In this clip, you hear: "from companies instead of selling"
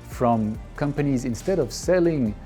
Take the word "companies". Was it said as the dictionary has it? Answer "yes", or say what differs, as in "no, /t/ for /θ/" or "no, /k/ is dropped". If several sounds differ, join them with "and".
yes